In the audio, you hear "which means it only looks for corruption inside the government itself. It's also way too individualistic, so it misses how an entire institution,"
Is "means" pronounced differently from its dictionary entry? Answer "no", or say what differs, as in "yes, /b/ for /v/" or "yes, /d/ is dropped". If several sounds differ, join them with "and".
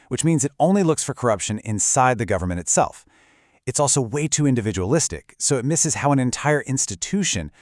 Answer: no